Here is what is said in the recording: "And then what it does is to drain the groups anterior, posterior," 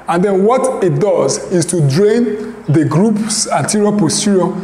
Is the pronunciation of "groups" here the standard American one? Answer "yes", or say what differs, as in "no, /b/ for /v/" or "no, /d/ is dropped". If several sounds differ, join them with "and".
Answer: yes